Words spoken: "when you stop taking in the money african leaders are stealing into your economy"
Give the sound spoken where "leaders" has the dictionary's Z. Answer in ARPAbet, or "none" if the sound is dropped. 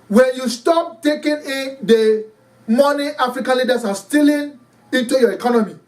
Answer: S